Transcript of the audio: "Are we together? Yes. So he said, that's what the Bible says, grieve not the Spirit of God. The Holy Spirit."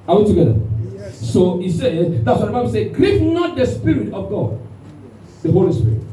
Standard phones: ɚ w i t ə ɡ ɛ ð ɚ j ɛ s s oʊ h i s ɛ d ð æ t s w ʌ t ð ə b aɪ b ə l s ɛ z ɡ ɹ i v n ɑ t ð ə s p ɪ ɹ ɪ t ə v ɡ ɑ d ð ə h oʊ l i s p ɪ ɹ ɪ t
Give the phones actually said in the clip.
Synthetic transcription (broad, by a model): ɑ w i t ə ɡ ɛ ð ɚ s s oʊ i s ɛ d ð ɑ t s w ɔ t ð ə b aɪ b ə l s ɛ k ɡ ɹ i p n ɑ t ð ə s p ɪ ɹ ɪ t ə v ɡ ɑ d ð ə h oʊ l i s p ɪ ɹ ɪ t